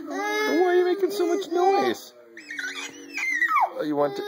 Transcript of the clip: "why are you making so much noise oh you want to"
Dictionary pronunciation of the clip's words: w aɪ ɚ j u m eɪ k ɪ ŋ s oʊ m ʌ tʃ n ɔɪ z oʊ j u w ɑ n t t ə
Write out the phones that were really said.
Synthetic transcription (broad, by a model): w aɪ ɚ j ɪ m eɪ k ɪ ŋ s oʊ m ʌ tʃ n ɔɪ z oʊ j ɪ w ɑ n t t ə